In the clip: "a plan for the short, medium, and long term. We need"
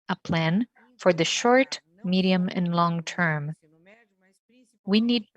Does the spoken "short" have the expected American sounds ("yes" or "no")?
yes